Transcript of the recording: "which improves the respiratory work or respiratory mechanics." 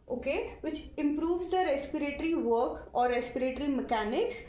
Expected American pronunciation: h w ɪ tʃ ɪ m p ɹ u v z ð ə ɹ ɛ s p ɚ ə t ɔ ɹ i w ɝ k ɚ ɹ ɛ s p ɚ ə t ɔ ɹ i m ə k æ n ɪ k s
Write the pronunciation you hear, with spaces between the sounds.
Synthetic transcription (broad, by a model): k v ɪ tʃ ɪ m p ɹ u v z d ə ɹ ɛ s p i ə t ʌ ɹ i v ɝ k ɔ ɹ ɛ s p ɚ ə t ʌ ɹ i m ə k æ n ɪ k s